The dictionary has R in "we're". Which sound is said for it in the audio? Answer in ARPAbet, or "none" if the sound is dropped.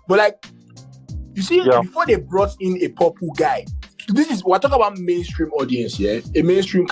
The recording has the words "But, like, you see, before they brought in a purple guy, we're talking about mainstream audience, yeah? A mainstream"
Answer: W